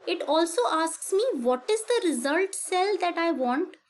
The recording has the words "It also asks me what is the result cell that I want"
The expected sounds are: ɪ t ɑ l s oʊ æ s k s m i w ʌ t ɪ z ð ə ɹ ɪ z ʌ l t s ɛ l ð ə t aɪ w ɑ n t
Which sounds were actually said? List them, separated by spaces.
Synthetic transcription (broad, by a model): ɪ t ɑ l s oʊ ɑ s k s m i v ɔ t ɪ z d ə ɹ ɪ z ʌ l t s ɛ l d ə t aɪ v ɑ n t